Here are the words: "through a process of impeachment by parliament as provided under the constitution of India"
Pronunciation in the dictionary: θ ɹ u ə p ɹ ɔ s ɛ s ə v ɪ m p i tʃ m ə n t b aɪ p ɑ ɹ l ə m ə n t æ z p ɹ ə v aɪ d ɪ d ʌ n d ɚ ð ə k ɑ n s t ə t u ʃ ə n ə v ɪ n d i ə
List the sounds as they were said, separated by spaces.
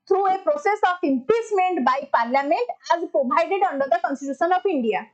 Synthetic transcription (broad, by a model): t ɹ u ə p ɹ ɔ s ɛ s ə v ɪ m p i s m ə n t b aɪ p ɑ ɹ l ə m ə n t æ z p ɹ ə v aɪ d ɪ d ʌ n d ɚ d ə k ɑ n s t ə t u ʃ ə n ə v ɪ n d i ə